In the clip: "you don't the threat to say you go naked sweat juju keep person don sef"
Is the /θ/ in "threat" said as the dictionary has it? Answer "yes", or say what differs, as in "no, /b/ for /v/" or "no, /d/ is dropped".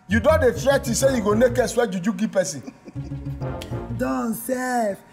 no, /f/ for /θ/